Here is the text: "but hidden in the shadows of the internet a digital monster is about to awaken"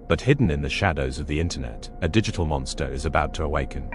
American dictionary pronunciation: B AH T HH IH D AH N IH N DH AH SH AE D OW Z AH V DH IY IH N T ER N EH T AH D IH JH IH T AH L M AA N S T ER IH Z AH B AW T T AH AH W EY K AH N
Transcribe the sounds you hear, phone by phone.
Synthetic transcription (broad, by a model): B AH T HH IH D N IH N DH AH SH AE D OW Z AH V DH IY IH N T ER N EH T AH D IH JH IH T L M AA N S T ER IH Z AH B AW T T AH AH W EY K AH N